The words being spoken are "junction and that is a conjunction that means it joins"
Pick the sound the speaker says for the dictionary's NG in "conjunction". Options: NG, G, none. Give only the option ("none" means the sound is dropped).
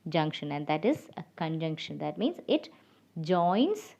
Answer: NG